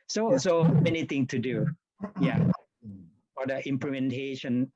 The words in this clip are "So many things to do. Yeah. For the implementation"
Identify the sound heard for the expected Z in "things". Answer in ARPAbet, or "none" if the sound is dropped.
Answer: none